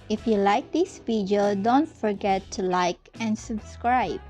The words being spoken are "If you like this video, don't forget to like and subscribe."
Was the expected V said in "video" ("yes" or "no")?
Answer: no